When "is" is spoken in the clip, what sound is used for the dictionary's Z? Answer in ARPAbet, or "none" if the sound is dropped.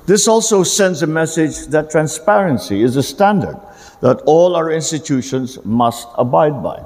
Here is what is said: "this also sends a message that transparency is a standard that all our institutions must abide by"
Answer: Z